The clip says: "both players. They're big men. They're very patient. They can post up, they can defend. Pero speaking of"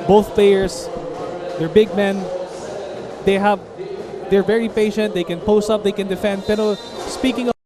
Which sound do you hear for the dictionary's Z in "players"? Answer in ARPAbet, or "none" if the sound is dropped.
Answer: S